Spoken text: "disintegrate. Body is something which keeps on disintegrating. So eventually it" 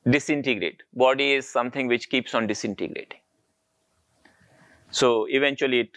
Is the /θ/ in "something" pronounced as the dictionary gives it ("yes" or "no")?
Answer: no